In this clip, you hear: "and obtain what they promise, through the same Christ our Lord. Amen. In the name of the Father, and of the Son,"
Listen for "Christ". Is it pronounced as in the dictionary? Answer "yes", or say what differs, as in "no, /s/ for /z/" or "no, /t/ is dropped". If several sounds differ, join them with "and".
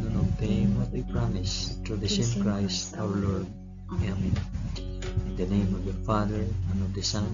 yes